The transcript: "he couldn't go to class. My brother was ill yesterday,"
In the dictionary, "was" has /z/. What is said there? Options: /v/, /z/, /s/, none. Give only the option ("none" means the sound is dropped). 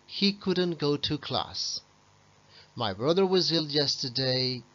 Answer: /z/